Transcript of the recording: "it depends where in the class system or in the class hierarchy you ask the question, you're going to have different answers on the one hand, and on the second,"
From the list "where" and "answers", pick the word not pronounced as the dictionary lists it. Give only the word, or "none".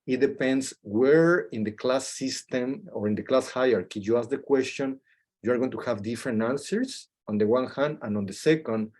answers